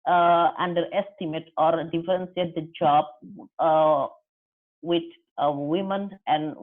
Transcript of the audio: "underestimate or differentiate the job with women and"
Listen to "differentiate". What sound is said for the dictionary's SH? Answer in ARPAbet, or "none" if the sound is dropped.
S